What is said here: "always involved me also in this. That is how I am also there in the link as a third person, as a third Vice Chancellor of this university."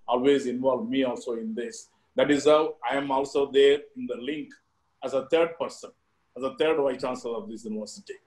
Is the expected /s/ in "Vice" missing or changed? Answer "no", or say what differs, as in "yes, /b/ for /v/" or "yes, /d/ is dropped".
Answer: yes, /s/ is dropped